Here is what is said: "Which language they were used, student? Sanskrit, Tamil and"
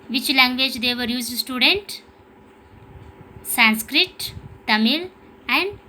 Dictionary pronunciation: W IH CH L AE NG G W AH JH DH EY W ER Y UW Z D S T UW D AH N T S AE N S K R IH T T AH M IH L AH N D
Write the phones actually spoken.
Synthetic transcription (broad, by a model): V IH CH L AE NG G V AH JH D EY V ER Y UW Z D S T UW D AH N T S AE N S K R IH T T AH M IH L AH N D